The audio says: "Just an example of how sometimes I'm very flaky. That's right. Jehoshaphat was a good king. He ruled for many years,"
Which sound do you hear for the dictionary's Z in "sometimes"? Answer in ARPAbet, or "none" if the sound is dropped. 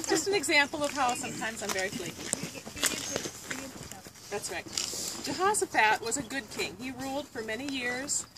Z